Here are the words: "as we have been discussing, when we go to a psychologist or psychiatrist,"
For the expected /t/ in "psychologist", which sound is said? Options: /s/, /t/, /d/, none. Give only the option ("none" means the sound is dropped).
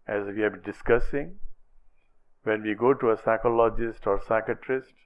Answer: /t/